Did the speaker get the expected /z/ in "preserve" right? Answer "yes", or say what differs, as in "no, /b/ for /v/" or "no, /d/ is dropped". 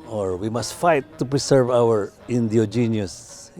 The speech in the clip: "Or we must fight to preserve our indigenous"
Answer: no, /s/ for /z/